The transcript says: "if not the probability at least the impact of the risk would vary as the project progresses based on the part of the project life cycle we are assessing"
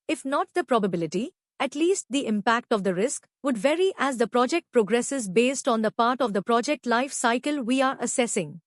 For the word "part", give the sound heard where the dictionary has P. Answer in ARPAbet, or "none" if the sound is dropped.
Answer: P